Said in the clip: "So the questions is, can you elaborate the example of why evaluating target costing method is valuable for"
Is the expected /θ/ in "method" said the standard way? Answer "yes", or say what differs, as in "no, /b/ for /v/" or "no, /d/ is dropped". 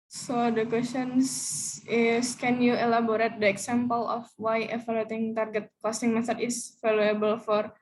no, /s/ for /θ/